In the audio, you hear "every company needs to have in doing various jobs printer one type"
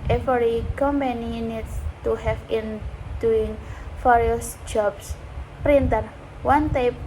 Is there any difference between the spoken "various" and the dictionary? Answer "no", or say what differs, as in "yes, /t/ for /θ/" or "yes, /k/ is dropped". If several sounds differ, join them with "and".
yes, /f/ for /v/